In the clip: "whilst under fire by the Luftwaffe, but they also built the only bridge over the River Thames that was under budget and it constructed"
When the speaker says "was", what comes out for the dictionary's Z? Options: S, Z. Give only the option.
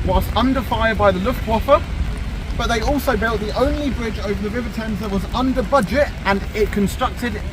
Z